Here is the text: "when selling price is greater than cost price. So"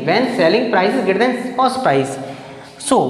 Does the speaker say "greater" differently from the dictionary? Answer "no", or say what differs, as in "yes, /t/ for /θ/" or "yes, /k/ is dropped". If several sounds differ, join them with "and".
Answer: yes, /ɹ/ is dropped